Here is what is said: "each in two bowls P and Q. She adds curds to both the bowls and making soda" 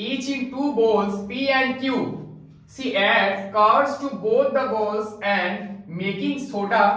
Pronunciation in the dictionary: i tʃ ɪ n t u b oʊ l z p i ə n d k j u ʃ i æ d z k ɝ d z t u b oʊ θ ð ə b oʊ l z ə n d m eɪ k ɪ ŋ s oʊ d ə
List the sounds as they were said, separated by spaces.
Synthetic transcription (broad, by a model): i tʃ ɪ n t u b oʊ l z p i ə n d k j u s i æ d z k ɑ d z t u b oʊ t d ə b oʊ l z ə n d m eɪ k ɪ ŋ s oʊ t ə